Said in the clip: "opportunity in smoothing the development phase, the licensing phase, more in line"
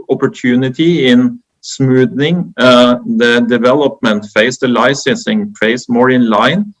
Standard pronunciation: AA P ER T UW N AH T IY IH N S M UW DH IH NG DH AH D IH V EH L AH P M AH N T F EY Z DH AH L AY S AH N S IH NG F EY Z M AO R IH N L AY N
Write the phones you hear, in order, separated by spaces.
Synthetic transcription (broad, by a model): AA P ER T UW N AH T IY IH N S M UW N IH NG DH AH D IH V EH L AH P M AH N T F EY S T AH L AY S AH S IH NG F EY S M AO R IH N L AY N